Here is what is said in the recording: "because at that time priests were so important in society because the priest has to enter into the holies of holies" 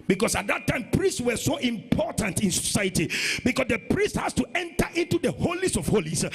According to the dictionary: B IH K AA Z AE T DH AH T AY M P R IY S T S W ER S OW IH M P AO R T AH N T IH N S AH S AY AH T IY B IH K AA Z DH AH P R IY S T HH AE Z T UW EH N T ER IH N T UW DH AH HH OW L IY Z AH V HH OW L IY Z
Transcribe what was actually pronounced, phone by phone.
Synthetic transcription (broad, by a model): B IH K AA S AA T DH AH T AY M P R IY S T S W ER S OW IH M P AO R T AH N T IH N S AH S AY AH T IY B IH K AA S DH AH P R IY S T HH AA S T UW EH N T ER IH N T UW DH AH HH OW L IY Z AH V HH OW L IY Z